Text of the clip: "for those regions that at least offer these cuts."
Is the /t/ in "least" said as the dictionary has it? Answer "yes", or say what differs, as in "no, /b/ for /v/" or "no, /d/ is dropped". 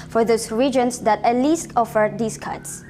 yes